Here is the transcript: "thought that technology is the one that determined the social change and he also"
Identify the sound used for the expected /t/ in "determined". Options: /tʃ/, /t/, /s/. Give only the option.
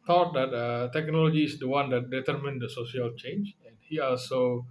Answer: /t/